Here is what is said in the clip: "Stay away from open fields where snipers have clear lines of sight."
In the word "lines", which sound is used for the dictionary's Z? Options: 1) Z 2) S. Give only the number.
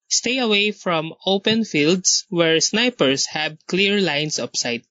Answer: 2